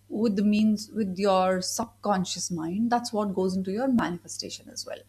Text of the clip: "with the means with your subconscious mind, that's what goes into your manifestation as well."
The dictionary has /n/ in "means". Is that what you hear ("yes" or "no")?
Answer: yes